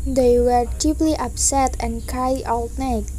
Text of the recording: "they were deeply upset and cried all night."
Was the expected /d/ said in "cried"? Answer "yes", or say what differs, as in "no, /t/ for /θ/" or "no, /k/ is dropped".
no, /d/ is dropped